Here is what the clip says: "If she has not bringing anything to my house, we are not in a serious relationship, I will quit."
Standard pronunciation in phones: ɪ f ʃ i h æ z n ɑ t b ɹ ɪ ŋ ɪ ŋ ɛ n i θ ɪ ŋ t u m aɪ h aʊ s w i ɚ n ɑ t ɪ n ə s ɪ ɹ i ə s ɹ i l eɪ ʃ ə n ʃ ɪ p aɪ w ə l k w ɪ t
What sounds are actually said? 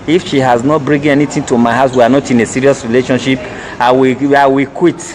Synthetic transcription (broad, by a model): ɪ f ʃ i h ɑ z n ɑ t b ɹ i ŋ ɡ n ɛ n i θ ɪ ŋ t u m aɪ h aʊ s w i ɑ n ɑ t ɪ n ə s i ɹ i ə s ɹ i l eɪ ʃ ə n ʃ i p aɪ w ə w k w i t